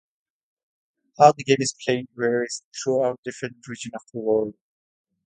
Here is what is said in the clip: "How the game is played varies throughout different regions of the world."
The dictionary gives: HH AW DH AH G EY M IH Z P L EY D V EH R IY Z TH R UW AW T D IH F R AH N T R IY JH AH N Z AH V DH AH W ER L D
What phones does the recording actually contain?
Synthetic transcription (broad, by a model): HH AW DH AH G EY M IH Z P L EY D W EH R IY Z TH R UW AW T D IH F R AH N T R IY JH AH N AH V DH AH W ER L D